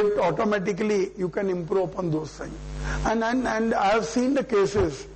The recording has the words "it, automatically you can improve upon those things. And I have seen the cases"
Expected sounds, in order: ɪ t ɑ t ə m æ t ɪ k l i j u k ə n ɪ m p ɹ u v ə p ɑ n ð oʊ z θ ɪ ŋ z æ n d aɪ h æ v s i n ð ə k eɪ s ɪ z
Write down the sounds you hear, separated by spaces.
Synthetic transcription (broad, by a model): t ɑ t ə m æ t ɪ k l i j u k ə n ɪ m p ɹ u p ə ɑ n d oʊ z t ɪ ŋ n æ n d aɪ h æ v s i n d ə k eɪ s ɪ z